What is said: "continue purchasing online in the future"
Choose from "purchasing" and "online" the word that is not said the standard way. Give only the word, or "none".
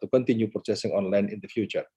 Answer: purchasing